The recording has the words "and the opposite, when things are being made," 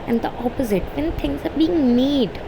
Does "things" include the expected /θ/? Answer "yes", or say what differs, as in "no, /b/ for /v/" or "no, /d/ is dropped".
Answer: no, /t/ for /θ/